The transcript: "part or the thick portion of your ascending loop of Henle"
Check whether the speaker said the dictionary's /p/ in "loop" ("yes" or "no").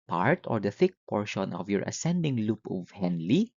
yes